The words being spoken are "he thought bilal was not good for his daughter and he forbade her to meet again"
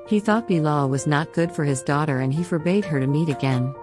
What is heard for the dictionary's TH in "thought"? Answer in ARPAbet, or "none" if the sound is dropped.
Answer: TH